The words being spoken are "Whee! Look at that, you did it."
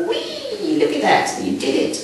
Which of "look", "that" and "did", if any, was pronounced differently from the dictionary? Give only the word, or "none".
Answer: none